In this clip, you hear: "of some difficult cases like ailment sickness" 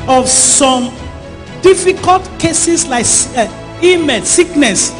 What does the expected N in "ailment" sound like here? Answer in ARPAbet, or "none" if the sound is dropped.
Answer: none